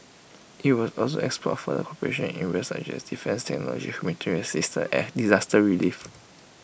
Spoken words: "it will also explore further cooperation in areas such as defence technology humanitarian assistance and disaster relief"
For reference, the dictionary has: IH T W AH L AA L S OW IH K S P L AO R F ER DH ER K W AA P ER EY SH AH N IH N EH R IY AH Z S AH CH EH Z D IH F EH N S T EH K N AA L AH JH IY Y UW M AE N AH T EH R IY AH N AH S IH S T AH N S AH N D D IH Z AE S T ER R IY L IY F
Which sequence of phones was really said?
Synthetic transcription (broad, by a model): IH T W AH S AA L S OW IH K S P AO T F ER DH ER K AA P ER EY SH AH N IH N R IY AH S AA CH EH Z D IH F EH N S T EH K N AA L AH JH IY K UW M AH T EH R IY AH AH S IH S T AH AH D D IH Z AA S T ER R IY L IY F